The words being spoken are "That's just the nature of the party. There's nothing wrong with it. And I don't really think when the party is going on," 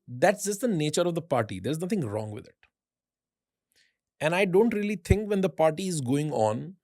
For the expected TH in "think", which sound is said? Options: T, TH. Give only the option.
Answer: T